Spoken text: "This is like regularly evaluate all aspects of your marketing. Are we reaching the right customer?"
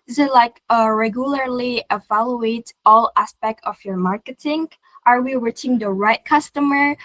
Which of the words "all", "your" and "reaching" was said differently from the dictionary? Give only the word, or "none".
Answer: reaching